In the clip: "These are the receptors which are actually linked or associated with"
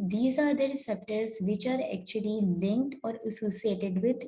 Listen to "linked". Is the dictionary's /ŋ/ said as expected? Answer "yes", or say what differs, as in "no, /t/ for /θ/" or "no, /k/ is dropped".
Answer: yes